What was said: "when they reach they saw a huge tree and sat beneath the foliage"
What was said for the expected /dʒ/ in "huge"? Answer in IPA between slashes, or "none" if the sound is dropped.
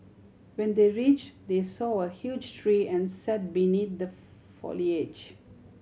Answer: /dʒ/